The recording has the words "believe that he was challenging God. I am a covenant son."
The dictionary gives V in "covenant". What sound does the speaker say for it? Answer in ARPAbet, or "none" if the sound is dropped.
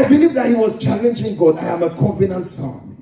F